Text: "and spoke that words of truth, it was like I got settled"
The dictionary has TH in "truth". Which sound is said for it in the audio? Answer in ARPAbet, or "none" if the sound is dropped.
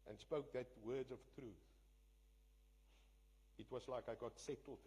TH